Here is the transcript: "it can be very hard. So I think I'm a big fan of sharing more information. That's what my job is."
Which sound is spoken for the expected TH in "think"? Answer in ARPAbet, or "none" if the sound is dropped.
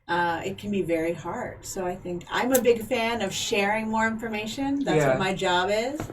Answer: TH